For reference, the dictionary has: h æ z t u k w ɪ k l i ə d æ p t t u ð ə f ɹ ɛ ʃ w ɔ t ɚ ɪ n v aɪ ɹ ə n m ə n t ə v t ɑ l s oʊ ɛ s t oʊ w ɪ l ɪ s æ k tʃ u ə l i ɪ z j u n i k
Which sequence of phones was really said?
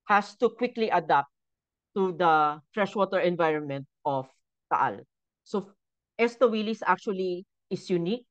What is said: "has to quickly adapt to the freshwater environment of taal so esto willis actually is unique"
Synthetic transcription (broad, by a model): h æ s t u k w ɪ k l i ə d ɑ p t t u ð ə f ɹ ɛ ʃ w ɔ t ɚ ɪ n v aɪ ɹ ə n m ə n t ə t t ɑ l s oʊ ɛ s t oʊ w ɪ l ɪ s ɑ k tʃ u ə l i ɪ s j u n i k